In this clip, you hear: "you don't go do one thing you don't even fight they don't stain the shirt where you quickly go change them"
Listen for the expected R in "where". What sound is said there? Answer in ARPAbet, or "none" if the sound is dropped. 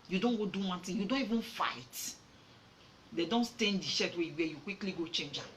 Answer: W